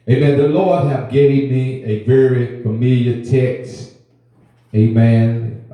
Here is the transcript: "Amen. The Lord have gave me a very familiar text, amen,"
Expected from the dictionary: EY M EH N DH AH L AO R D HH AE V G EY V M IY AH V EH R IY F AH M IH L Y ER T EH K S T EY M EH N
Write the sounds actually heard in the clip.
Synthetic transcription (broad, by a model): EY M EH N DH AH L AO R D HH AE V G EY V M IY AH V EH R IY F AH M IH L Y ER T EH K S T EY M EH N